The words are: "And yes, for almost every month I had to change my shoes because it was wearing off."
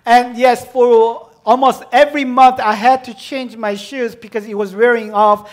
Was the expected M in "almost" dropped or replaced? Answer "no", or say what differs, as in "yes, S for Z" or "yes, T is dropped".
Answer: no